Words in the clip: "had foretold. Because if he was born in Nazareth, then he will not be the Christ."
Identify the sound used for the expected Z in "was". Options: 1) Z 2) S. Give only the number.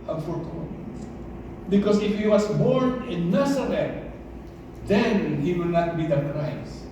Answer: 2